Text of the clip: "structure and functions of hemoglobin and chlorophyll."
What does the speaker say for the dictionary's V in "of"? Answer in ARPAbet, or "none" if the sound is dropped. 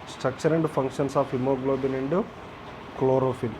P